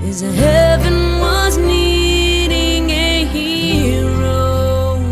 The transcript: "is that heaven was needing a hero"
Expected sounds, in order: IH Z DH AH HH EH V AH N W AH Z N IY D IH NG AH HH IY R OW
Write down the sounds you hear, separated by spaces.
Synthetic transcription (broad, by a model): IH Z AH HH EH V AH N W AH Z N IY D IH NG AH HH IY R OW